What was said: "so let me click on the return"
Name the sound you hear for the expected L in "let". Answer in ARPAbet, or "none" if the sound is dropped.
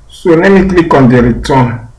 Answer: N